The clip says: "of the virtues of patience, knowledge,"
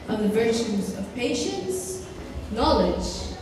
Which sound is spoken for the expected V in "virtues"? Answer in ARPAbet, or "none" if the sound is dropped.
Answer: V